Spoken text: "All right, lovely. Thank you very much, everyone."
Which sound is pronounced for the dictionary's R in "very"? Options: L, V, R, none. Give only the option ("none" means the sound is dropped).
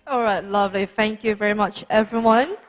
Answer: R